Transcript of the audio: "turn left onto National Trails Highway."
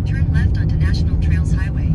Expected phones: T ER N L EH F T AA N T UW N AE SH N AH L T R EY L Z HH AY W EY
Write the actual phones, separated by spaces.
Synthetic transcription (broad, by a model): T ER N L EH F T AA N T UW N AE SH N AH L T R EY L Z HH AY W EY